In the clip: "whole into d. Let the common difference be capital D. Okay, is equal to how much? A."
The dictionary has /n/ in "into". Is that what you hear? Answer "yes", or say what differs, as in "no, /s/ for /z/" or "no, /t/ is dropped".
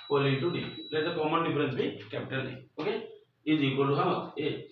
no, /n/ is dropped